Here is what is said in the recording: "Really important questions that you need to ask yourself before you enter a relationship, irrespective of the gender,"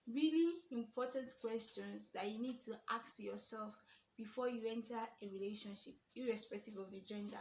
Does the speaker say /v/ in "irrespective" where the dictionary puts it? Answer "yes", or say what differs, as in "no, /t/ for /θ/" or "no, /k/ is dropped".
yes